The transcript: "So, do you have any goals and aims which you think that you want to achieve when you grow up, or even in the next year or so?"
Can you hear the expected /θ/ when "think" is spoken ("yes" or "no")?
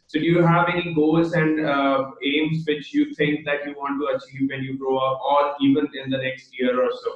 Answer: no